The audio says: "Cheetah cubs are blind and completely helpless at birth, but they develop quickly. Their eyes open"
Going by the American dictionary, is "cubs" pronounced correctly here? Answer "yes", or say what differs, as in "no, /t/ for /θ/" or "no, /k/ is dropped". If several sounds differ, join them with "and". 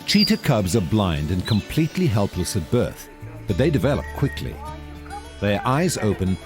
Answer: yes